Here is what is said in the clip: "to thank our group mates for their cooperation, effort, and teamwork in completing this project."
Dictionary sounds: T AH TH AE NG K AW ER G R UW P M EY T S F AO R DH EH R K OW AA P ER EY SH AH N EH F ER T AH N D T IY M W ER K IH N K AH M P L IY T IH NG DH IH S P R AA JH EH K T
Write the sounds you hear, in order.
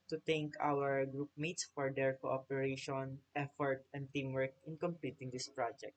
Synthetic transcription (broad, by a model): T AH T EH NG K AW ER G R UW P M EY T S F AO R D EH R K OW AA P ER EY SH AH N EH F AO T AH N D T IY M W ER K IH N K AH M P L IY T IH NG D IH S P R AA JH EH K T